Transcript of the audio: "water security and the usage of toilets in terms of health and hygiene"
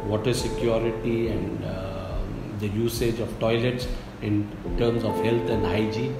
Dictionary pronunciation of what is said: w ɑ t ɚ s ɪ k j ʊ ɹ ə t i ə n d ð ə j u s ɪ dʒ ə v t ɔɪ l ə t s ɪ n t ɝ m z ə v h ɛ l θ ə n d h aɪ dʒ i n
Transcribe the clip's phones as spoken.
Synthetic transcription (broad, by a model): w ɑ t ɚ s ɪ k j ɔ ɹ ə t i ə n d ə j u s ɪ dʒ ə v t ɔɪ l ə t s ɪ n t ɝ m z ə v h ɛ l t ə n d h aɪ dʒ i